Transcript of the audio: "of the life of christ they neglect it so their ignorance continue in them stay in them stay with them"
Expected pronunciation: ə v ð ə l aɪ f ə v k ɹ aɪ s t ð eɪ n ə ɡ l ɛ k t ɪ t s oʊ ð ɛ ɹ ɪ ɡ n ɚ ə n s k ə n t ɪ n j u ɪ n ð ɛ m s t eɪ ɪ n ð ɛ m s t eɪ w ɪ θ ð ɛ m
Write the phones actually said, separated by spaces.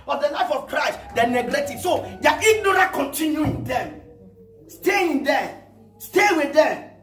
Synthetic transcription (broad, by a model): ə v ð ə l aɪ f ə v k ɹ aɪ s t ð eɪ n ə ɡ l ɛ t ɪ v s oʊ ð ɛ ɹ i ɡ n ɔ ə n k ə n t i n j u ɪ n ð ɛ m s t eɪ ɪ n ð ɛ s t eɪ w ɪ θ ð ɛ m